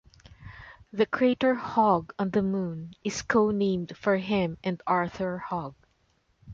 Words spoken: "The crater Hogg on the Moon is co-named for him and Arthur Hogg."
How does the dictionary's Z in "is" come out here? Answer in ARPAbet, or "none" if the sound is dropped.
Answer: S